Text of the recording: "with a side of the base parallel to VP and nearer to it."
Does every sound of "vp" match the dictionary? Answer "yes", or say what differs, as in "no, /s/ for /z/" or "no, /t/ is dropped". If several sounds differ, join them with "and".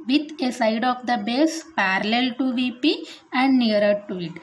yes